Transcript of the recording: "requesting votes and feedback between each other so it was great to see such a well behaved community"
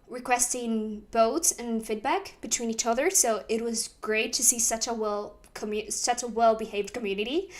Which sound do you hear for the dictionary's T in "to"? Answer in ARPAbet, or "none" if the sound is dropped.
S